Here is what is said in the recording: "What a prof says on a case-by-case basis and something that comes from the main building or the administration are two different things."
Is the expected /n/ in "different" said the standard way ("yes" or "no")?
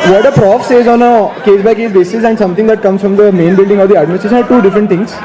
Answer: no